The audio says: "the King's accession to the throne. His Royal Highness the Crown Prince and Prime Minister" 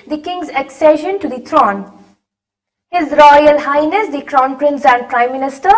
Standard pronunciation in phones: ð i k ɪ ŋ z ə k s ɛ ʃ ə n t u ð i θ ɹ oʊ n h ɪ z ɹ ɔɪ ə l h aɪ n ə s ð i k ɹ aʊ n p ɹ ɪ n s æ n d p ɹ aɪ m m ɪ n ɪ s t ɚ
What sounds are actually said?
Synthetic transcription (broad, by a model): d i k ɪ ŋ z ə k s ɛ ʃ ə n t u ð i t ɹ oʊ n h ɪ z ɹ ɔɪ ə l h aɪ n ə s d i k ɹ aʊ n p ɹ ɪ n s æ n d p ɹ aɪ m m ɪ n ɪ s t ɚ